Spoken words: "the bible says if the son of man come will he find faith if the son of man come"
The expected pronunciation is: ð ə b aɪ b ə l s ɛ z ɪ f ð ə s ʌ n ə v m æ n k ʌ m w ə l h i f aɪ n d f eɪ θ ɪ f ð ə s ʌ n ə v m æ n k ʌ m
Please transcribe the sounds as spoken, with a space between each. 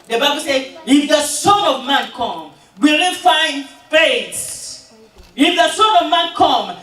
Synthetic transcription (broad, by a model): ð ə b aɪ b ə l s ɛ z ɪ f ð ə s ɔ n ə v m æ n k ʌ m w ə l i f aɪ n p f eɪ s ɪ f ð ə s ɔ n ə v m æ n k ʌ m